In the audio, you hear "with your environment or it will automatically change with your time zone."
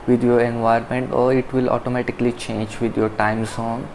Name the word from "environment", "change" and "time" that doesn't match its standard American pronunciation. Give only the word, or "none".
environment